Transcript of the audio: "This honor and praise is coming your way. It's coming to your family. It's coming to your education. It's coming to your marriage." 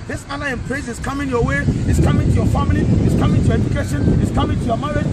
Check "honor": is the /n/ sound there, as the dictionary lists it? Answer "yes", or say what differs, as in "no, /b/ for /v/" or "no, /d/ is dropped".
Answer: no, /l/ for /n/